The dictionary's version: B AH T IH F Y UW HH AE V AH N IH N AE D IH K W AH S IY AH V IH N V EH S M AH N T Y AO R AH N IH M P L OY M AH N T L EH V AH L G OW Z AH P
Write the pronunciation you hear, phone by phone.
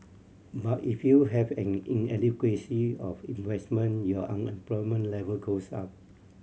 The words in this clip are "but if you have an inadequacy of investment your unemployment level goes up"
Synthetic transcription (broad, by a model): B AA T IH F Y UW HH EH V AH N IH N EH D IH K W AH S IY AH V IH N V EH S M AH N Y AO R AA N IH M P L OY M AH N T L EH V AH L G OW S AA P